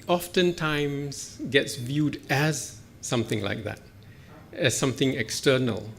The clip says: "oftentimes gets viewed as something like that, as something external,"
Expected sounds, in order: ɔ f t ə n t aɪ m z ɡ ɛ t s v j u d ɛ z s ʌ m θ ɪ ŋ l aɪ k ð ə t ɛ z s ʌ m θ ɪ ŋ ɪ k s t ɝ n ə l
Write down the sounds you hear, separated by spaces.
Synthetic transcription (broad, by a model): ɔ f t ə n t aɪ m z ɡ ɛ t s v j u d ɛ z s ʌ m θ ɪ ŋ l aɪ k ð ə t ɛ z s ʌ m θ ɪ ŋ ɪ k s t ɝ n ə l